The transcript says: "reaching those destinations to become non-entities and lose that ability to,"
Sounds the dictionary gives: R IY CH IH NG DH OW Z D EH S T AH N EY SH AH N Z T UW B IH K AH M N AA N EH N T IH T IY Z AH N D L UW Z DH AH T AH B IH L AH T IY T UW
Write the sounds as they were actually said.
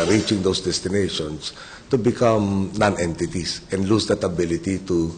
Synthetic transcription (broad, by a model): R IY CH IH NG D OW S D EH S T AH N EY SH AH N S T UW B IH K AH M N AA N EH N T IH T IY S AH N D L UW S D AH T AH B IH L AH T IY T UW